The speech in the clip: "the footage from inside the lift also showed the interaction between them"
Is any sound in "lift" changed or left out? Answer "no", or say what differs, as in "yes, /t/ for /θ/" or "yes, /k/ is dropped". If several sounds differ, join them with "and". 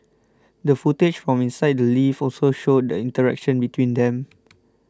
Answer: yes, /t/ is dropped